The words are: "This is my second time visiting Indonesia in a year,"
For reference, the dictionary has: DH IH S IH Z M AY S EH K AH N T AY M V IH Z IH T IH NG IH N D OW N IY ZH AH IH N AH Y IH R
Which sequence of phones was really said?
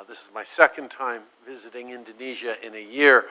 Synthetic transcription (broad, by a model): DH IH S IH Z M AY S EH K AH N T AY M V IH Z IH T IH NG IH N D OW N IY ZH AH IH N AH Y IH R